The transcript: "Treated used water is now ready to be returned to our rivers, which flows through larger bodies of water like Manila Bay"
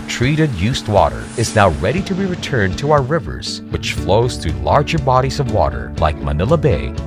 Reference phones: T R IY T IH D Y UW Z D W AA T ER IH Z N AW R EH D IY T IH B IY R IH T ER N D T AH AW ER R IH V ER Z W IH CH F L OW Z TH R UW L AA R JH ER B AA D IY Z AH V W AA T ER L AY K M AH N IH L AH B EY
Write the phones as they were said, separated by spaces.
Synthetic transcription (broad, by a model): T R IY T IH D Y UW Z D W AA T ER IH Z N AW R EH D IY T IH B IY R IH T ER N T AH AW ER R IH V ER Z W IH CH F L OW Z TH R UW L AA R JH ER B AA D IY Z AH V W AA T ER L AY K M AH N IH L AH B EY